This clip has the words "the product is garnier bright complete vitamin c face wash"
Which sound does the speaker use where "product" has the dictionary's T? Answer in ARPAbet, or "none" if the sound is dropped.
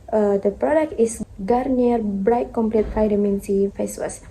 T